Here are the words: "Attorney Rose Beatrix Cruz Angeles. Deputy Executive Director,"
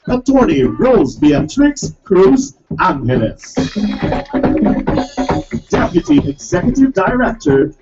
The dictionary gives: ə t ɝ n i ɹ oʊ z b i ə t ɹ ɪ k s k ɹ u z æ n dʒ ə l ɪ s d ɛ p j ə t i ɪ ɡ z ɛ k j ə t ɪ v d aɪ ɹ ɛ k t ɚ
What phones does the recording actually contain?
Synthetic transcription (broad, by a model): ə t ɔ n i ɹ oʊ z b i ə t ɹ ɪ k s k ɹ u z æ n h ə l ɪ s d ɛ p j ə t i ɪ ɡ z ɛ k j ə t ɪ v d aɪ ɹ ɛ k t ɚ